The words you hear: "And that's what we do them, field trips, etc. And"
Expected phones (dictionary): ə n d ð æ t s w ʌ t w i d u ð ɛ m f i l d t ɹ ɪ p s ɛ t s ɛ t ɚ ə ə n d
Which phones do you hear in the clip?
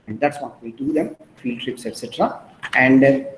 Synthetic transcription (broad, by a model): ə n d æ t s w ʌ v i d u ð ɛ m f i l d t ɹ ɪ p s ɛ t s ɛ t ɚ ə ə n d